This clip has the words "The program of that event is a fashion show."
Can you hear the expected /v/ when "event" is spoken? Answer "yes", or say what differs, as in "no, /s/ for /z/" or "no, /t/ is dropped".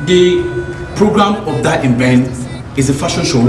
no, /b/ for /v/